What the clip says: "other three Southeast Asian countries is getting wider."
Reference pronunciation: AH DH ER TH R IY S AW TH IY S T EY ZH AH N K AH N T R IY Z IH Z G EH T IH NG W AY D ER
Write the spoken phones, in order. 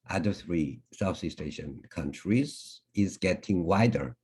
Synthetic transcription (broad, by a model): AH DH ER TH R IY S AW S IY S T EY SH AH N K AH N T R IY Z IH Z G EH T IH NG W AY D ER